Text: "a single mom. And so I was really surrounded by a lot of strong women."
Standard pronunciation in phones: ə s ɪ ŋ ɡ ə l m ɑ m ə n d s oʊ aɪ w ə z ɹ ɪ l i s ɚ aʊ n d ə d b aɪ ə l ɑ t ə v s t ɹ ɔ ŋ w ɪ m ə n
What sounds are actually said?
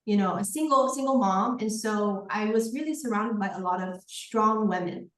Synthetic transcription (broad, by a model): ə s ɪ ŋ ɡ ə l m ɑ m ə n s oʊ aɪ w ə z ɹ ɪ l i s ɚ aʊ n d ə d b aɪ ə l ɑ t ə v s t ɹ ɔ ŋ w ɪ m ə n